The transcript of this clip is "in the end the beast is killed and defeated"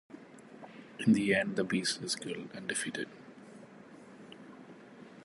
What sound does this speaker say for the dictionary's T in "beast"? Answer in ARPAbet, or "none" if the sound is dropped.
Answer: none